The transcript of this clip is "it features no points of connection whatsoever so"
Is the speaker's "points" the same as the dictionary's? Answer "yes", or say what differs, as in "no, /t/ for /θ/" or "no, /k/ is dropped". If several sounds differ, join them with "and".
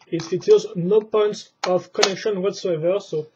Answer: yes